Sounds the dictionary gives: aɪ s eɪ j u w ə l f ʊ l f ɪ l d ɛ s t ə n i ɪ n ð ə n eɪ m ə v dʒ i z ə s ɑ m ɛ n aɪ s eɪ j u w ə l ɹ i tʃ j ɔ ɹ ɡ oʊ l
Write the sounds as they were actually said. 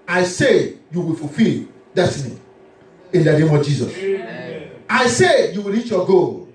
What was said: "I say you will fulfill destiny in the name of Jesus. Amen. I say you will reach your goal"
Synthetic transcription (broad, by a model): aɪ s eɪ j u w ə l f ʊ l f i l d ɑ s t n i ɪ n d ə n eɪ m ə v dʒ i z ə s ɑ ɪ s eɪ j u w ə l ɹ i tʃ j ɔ ɡ oʊ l